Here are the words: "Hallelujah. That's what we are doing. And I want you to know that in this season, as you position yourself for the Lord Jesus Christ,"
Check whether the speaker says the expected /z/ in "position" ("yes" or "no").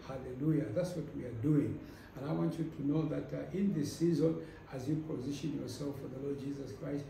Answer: yes